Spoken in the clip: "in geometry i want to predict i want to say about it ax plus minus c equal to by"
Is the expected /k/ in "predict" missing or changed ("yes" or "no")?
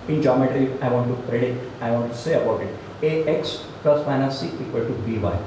yes